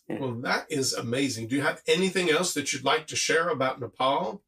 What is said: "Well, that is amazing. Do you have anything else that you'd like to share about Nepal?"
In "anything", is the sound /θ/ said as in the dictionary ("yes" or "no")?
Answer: yes